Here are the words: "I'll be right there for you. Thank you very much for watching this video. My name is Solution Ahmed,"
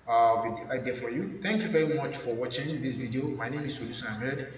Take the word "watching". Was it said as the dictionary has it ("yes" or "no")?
yes